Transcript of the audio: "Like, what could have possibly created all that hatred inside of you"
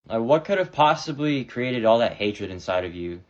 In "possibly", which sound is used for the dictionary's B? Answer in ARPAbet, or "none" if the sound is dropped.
B